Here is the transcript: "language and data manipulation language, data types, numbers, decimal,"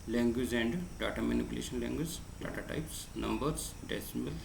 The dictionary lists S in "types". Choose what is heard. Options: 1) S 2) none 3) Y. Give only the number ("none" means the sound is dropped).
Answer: 1